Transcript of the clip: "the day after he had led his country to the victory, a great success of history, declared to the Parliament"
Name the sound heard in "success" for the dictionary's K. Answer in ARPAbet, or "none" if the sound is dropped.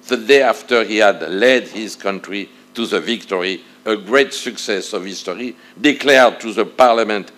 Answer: K